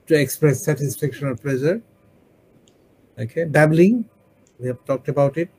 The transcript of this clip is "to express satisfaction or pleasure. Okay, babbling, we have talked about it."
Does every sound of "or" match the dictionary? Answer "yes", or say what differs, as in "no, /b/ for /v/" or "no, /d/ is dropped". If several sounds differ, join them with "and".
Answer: no, /l/ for /ɹ/